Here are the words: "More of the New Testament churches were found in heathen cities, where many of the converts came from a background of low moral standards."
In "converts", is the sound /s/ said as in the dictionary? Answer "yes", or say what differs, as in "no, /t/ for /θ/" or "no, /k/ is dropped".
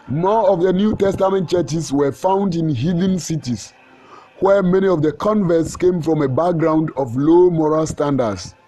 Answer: yes